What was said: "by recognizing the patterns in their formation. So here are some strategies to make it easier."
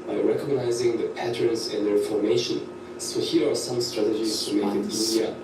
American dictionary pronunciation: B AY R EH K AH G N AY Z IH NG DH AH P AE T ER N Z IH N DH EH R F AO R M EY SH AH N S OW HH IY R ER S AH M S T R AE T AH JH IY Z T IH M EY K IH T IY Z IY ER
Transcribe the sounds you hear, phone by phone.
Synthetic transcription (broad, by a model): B AY R EH K AH G N AY Z IH NG DH AH P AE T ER N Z IH N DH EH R F AO R M EY SH AH N S OW HH IY R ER S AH M S T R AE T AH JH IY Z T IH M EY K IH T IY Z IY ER